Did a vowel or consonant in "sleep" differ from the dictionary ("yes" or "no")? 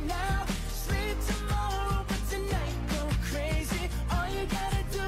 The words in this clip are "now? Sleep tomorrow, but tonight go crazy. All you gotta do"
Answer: no